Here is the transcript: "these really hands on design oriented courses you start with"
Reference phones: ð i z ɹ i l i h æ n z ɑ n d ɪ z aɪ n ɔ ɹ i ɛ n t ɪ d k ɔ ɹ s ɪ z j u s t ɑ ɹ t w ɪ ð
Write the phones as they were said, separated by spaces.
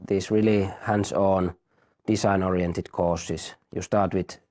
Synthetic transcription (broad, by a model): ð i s ɹ i l i h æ n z ɑ n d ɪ s aɪ n ɔ ɹ i ɛ n t ɪ d k ɔ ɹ s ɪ s j u s t ɑ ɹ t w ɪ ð